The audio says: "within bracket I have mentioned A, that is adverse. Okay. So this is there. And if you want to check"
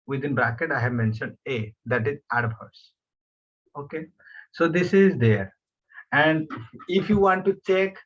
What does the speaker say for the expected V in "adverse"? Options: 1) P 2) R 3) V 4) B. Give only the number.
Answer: 4